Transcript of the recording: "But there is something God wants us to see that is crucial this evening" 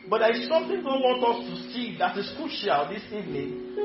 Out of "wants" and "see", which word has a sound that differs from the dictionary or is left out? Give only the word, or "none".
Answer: wants